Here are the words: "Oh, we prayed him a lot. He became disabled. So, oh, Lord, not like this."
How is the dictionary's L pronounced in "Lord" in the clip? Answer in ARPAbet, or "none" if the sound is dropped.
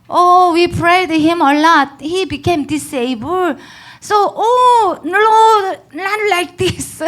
N